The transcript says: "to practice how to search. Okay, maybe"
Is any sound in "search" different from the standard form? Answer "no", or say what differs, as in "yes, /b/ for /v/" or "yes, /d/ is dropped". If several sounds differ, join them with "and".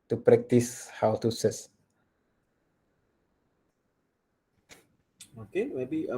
yes, /s/ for /tʃ/